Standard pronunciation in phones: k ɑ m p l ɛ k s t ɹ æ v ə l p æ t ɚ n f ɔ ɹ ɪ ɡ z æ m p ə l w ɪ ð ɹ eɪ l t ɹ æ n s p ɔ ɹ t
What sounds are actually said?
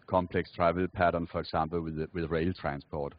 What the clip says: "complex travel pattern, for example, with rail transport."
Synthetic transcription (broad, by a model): k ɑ m p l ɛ k s t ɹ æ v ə l p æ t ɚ n f ɔ ɹ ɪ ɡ s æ m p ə l w ɪ ð ɹ eɪ l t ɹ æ n s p ɔ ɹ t